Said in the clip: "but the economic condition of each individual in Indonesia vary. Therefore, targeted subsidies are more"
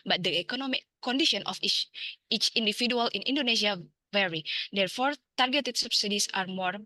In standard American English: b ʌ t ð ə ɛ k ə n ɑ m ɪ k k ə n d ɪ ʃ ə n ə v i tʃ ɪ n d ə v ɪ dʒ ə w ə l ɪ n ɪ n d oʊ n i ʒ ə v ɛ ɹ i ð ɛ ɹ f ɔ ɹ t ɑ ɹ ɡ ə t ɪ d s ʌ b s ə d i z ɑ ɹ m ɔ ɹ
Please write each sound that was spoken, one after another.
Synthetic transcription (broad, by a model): b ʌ t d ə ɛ k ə n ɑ m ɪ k k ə n d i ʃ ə n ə f i tʃ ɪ n d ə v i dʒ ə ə l ɪ n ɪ n d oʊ n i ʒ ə v ɛ ɹ i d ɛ ɹ f ɔ ɹ t ɑ ɹ ɡ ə t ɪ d s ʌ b s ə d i s ɑ ɹ m ɔ ɹ